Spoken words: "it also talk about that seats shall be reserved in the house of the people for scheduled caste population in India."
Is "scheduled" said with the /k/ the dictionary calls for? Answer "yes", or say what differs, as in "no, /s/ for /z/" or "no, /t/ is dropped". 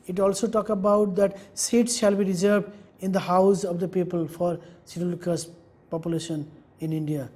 no, /k/ is dropped